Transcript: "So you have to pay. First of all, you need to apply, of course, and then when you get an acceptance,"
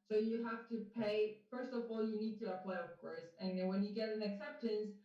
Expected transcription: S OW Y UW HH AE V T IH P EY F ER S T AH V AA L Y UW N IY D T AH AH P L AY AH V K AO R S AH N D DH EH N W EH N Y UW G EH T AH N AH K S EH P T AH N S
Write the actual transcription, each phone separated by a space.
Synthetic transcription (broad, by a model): S OW Y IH HH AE F T IH P EY F ER S T AH V AA L Y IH N IY D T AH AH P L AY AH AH K AO R S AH N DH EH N W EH N Y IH G EH T AH N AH K S EH P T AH N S